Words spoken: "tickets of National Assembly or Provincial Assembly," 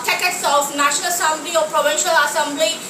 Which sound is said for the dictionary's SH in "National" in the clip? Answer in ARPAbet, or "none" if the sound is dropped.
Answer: SH